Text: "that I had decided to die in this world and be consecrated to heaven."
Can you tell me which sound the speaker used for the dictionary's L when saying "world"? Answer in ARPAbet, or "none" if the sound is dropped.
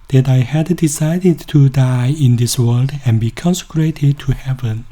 L